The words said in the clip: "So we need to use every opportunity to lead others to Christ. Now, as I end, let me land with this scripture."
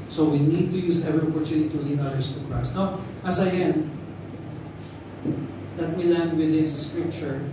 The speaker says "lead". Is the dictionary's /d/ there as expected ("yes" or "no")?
no